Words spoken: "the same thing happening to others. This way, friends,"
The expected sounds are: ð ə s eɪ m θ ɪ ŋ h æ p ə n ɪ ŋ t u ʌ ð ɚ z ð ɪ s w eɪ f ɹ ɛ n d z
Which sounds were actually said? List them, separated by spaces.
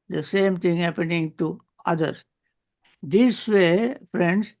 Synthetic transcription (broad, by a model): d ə s eɪ m t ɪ ŋ h æ p ə n ɪ ŋ t u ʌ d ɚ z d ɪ s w eɪ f ɹ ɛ n d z